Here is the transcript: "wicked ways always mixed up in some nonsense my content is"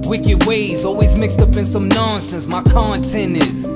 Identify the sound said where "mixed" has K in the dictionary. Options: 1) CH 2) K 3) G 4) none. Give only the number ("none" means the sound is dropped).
2